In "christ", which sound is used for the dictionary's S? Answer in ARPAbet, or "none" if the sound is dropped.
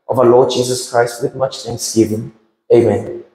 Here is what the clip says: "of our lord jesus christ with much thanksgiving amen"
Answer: S